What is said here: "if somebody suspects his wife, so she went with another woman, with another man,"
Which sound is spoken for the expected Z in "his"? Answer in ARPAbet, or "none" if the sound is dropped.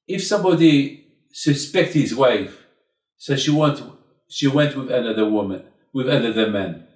Z